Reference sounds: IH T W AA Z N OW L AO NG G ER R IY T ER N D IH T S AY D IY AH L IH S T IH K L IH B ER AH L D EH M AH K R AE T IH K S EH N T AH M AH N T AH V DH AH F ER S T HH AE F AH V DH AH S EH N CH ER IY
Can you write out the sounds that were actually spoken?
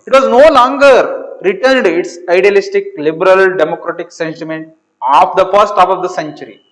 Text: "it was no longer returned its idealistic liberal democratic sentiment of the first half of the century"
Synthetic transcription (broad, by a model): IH T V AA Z N OW L AO NG G ER R IY T ER N D IH T S AY D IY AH L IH S T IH K L IH B ER AH L D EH M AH K R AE T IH K S EH N T AH M AH N T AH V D AH F ER S T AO P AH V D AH S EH N CH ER IY